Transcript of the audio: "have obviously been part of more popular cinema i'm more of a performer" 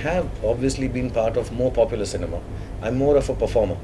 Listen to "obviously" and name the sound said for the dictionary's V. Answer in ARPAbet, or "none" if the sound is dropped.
V